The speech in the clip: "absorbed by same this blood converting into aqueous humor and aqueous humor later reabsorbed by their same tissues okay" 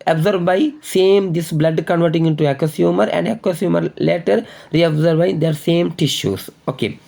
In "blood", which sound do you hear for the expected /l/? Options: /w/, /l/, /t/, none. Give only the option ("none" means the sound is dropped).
/l/